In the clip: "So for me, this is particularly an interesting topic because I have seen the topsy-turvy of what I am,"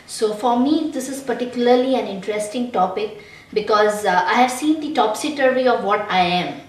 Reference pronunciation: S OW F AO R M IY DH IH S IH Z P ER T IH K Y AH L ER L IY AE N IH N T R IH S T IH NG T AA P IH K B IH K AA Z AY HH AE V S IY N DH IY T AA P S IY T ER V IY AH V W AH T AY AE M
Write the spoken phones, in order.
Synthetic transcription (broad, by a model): S OW F AO R M IY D IH S IH Z P ER T IH K Y AH L ER L IY AE N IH N T R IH S T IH NG T AA P IH K B IH K AA Z AY HH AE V S IY N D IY T AA P S IY T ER IY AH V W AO T AY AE M